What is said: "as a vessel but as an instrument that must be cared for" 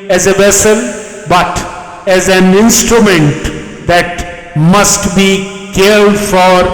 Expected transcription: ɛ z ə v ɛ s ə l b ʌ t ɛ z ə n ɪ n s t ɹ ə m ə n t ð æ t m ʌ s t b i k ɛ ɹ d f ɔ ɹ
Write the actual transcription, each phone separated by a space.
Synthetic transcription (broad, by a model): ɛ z ə v ɛ s ə l b ʌ t ɛ z ə n ɪ n s t ɹ ə m ə n t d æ t m ʌ s t b i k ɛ l d f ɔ ɹ